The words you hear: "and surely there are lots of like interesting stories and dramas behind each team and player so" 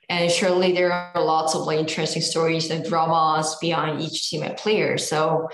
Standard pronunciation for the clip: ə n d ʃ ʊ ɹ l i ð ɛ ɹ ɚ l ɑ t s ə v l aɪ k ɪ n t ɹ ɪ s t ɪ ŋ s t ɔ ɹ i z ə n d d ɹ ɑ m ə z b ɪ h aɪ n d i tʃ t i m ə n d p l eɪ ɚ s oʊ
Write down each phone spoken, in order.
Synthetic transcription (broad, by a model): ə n ʃ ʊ ɹ l i ð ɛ ɹ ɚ l ɑ t s ə v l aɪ ɪ n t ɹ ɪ s t ɪ ŋ s t ɔ ɹ i z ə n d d ɹ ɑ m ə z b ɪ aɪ n d i tʃ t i m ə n p l eɪ ɚ s oʊ